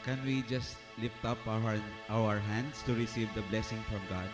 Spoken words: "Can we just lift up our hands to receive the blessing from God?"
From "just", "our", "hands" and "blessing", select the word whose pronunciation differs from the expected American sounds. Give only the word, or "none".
hands